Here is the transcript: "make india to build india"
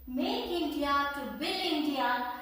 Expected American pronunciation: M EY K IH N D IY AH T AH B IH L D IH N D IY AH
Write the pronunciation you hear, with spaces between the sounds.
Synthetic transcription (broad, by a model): M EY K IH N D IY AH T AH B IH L IH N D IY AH